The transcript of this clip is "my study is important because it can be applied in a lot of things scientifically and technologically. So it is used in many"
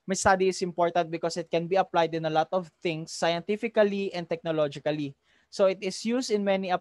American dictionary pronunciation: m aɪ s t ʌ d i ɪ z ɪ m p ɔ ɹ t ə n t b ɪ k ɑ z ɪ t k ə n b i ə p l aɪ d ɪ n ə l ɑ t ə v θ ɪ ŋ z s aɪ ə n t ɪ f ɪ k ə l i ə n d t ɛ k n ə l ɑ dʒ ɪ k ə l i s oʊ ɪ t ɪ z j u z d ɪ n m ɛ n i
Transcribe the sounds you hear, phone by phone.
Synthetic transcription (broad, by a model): m aɪ s t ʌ d i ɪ s ɪ m p ɔ ɹ t ə n t b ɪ k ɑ s ɪ t k ə n b i ə p l aɪ d ɪ n ə l ɑ t ə v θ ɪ ŋ s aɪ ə n t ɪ f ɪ k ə l i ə n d t ɛ k n ə l ɑ dʒ ɪ k ə l i s oʊ ɪ t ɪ s j u s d ɪ n m ɛ n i